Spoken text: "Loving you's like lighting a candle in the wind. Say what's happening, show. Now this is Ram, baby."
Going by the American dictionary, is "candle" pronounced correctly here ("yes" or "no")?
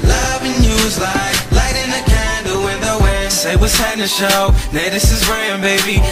no